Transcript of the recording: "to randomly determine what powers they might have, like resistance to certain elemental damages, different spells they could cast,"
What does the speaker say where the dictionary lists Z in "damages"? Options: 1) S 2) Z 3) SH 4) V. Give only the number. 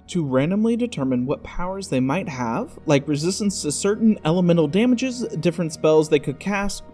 2